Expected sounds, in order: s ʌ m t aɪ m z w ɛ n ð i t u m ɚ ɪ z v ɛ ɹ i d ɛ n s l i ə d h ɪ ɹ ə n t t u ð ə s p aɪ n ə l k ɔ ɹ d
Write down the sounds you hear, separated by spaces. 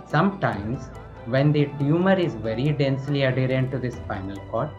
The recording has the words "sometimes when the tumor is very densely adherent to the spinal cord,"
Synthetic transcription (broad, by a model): s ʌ m t aɪ m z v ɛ n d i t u m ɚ ɪ z v ɛ ɹ i d ɛ n s l i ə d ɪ ɹ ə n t t u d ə s f aɪ n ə l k ɔ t